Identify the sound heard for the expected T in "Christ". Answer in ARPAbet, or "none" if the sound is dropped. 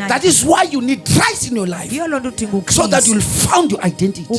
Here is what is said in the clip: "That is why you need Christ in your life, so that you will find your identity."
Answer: none